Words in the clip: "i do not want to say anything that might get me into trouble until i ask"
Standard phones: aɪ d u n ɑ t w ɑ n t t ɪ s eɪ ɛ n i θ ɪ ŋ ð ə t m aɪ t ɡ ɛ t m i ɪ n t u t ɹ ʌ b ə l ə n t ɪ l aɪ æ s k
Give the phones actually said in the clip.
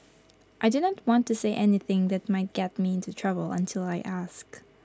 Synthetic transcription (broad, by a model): aɪ d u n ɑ t w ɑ n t t ɪ s eɪ ɛ n i θ ɪ ŋ ð ə t m aɪ t ɡ ɛ t m i ɪ n t u t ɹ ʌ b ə l ə n t ɪ l aɪ æ s k